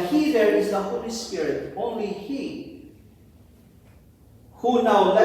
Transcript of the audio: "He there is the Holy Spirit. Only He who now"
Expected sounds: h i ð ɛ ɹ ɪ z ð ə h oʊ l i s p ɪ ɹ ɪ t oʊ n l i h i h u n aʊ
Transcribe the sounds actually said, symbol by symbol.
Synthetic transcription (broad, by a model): h i ð ɛ ɹ ɪ z ð ə h oʊ l i s p ɪ ɹ ɪ t oʊ n l i h i h u n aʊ